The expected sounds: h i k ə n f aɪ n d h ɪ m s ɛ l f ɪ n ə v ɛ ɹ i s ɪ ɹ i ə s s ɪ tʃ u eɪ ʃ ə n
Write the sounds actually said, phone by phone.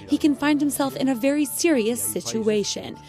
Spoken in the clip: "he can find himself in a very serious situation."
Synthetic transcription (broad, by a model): h i k ə n f aɪ n d h ɪ m s ɛ l f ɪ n ə v ɛ ɹ i s ɪ ɹ i ə s s ɪ tʃ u eɪ ʃ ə n